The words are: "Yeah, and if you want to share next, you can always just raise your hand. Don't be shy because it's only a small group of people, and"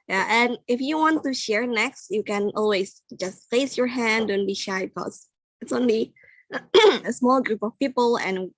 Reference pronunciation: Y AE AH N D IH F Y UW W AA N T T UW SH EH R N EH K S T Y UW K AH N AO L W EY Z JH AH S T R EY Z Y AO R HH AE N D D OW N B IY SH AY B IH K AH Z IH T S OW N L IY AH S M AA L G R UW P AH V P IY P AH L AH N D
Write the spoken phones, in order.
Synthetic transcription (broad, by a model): Y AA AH N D IH F Y UW W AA N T T UW SH EH R N EH K S T Y UW K AH N AO L W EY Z JH AH S T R EY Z Y AO R HH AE N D D OW N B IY SH AY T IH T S IH T S OW N L IY AH S M AA L G R UW P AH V P IY P AH L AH N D